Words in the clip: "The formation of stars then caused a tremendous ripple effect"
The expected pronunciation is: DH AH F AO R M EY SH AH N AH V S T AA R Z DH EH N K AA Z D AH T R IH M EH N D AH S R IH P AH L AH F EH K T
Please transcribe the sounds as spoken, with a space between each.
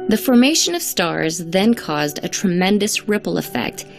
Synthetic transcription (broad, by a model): DH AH F AO R M EY SH AH N AH V S T AA R Z DH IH N K AA Z D AH T R IH M EH N D AH S R IH P L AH F EH K T